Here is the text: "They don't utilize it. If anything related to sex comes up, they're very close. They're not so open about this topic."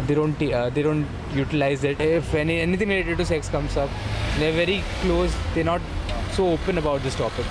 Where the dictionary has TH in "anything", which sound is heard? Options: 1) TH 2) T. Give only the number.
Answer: 2